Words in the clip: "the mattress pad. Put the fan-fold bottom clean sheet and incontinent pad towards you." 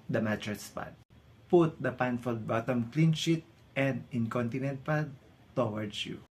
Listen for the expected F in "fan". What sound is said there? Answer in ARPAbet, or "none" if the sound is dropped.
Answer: P